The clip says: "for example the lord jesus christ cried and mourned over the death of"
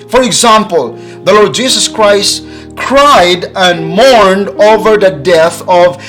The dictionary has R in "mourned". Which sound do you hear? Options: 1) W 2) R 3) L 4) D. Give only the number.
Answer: 2